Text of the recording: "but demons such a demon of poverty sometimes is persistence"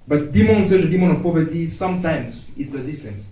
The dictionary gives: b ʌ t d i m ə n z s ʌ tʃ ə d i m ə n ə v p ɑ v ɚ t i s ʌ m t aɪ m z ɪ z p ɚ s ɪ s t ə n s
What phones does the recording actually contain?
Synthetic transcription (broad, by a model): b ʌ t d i m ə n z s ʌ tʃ ə d i m ə n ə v p ɑ v ɚ t i s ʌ m t aɪ m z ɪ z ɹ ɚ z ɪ s t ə n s